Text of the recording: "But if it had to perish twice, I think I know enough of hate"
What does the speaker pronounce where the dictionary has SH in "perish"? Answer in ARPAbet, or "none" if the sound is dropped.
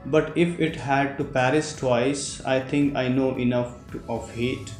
S